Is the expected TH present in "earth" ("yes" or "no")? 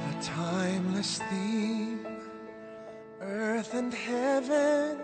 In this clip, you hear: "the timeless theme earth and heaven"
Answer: yes